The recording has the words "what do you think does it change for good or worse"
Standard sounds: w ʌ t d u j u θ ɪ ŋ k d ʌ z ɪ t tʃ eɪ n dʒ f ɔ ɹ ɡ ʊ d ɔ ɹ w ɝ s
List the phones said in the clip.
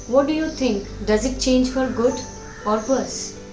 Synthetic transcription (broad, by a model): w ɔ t d u j u t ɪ ŋ k d ʌ z ɪ t tʃ eɪ n dʒ f ɔ ɹ ɡ ʊ d ɔ ɹ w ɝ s